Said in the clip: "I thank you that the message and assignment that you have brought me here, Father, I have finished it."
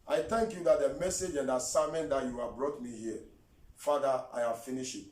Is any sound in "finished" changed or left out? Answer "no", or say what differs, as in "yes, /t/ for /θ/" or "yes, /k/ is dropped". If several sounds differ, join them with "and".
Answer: yes, /t/ is dropped